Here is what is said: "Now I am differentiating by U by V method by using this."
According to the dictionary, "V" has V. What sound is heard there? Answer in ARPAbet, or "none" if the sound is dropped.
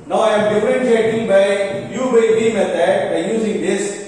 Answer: B